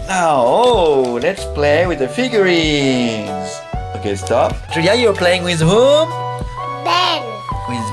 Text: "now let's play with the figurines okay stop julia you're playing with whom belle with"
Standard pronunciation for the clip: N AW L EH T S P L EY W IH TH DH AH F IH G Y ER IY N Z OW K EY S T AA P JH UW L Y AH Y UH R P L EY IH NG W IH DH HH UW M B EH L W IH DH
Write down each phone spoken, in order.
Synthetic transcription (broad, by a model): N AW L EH T S P L EY W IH DH AH F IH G Y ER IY Z OW K EY S T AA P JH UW Y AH Y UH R P L EY IH NG W IH DH HH UW M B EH N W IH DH